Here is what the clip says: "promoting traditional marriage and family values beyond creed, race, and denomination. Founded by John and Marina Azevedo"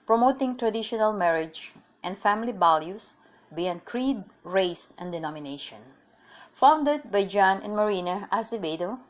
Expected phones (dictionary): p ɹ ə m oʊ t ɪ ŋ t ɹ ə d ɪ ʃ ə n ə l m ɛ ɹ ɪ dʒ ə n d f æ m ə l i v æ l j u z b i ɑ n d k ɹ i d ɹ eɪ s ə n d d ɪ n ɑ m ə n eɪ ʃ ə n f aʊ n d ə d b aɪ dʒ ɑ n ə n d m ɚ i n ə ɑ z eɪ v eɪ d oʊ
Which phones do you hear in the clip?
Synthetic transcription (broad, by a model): p ɹ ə m oʊ t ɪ ŋ t ɹ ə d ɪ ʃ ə n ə l m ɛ ɹ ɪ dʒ ə n d f æ m ə l i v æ l j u s b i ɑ n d k ɹ i d ɹ eɪ s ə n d d ɪ n ɑ m ə n eɪ ʃ ə n f aʊ n d ə d b aɪ dʒ ɑ n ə n m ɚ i n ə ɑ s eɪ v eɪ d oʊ